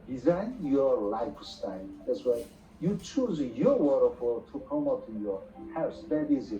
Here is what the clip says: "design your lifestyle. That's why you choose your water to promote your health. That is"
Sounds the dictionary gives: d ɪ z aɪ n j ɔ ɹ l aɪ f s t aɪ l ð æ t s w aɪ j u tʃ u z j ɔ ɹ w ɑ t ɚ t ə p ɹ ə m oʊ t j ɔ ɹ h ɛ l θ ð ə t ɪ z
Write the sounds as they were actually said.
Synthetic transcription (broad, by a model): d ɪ z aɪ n j ɔ ɹ l aɪ f s t aɪ l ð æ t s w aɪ j u tʃ u z j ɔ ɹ w ɑ t ɚ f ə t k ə m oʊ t j ɔ ɹ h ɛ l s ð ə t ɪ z